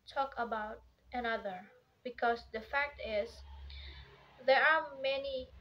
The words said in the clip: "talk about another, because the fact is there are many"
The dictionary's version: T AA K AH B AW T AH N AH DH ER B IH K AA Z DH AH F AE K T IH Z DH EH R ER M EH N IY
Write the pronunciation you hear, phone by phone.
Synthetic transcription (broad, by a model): T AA K AH B AW T AH N AH DH ER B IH K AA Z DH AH F AE K T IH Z DH EH R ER M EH N IY